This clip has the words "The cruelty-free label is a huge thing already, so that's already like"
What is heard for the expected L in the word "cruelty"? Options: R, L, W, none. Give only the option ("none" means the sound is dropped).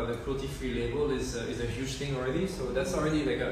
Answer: none